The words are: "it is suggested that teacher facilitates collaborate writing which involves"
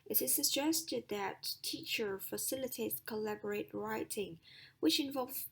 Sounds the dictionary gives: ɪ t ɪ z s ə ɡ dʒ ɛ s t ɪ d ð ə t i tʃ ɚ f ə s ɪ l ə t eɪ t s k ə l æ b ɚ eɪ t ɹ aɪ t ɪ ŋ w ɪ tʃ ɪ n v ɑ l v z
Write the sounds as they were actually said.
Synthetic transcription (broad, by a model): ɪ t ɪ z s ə dʒ ɛ s t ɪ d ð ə t i tʃ ɚ f ə s ɪ l ə t eɪ t s k ə l æ b ɚ eɪ t ɹ aɪ t ɪ ŋ w ɪ tʃ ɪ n v ɑ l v